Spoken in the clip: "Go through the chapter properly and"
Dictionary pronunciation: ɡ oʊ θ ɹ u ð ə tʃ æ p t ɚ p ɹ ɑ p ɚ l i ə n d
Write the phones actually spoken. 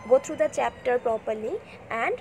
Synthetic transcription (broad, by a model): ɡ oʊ t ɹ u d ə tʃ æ p t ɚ p ɹ ɑ p ɚ l i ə n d